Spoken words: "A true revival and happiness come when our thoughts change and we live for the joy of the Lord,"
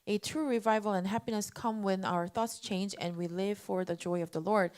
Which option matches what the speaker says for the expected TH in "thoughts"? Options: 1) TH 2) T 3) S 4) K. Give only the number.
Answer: 1